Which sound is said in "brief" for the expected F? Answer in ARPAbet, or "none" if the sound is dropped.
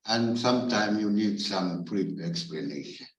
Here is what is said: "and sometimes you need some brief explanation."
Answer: none